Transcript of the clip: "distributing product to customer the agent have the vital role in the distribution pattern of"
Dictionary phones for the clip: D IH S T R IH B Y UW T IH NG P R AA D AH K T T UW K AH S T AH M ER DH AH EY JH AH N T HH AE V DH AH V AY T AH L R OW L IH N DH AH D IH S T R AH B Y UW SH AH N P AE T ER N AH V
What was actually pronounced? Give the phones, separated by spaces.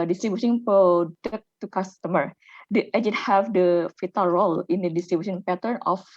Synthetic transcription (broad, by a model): D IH S T R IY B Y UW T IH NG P AA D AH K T T UW K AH S T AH M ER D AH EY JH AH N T HH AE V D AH F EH T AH L R OW L IH N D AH D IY S T R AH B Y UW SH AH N P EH T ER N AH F